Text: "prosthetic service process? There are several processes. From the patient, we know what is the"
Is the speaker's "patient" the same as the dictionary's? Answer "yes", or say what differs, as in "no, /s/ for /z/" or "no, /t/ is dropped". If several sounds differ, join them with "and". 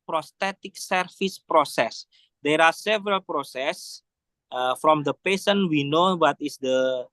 no, /s/ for /ʃ/